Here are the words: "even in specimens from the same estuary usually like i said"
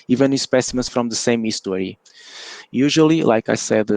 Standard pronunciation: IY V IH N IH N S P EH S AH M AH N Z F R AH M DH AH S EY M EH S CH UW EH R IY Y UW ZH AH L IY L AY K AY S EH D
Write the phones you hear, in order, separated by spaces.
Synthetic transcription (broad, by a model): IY V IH N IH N S P EH S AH M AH N S F R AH M DH AH S EY M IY S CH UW R IY Y UW ZH AH L IY L AY K AY S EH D